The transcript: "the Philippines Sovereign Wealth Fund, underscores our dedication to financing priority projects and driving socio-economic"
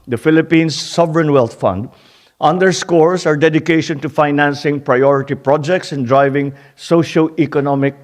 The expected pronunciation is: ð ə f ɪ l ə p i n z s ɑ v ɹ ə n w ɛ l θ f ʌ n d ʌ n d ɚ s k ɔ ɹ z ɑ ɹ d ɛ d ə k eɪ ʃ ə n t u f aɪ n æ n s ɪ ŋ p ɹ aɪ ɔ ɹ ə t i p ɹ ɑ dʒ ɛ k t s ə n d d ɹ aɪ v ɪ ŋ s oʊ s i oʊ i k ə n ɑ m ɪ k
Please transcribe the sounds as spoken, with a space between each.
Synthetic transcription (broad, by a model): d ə f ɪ l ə p i n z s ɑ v ɹ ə n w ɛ l t f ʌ n d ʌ n d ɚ s k ɔ ɹ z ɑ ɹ d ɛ d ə k eɪ ʃ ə n t u f aɪ n æ n s ɪ ŋ p ɹ aɪ ɔ ɹ ə t i p ɹ ɑ dʒ ɛ k t s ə n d d ɹ aɪ v ɪ ŋ s oʊ ʃ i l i k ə n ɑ m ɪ k